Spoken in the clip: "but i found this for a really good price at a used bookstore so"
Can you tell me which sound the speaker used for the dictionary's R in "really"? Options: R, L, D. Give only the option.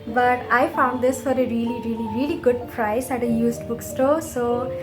R